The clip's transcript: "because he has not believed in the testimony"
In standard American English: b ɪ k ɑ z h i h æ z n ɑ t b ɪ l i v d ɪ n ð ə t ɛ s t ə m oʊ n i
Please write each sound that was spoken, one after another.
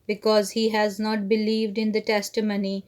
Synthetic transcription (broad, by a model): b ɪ k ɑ z h i h æ z n ɑ t b ɪ l i v d ɪ n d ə t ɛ s t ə m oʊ n i